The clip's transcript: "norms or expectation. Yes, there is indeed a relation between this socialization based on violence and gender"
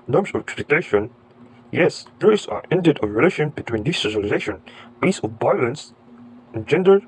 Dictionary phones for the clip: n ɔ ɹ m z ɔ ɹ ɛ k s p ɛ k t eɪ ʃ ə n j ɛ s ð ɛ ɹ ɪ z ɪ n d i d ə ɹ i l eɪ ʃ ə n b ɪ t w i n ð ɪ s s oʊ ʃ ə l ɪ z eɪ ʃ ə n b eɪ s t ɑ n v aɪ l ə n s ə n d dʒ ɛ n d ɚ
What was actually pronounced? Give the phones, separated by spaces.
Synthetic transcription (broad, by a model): n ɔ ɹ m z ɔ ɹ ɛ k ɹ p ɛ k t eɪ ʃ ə n j ɛ s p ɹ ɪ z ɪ n d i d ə ɹ i l eɪ ʃ ə n b ɪ t w i n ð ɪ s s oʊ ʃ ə l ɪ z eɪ ʃ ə n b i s ɑ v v aɪ l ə n s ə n dʒ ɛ n d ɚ